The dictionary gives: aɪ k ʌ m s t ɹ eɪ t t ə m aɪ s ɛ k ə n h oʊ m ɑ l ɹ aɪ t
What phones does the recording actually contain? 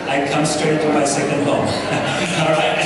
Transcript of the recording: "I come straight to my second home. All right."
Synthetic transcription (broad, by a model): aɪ k ʌ m s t eɪ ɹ t ə m aɪ s ɛ k ə n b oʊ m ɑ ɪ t